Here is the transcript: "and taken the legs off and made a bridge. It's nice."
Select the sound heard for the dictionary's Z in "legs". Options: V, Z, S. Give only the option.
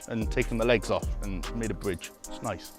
Z